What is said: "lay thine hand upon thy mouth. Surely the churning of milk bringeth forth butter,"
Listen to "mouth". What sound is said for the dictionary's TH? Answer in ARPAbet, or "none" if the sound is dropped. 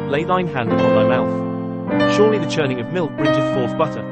TH